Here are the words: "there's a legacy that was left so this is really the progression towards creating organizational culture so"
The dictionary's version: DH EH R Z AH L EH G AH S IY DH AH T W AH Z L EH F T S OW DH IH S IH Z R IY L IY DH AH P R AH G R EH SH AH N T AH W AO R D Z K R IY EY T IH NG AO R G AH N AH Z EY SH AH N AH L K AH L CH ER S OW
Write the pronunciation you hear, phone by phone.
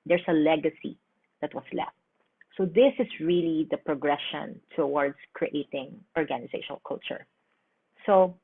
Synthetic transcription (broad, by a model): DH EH R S AH L EH G AH S IY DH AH T W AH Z L EH F T S OW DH IH S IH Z R IY L IY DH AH P R AH G R EH SH AH N T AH W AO R D S K R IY EY T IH NG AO R G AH N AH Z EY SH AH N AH L K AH L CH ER S OW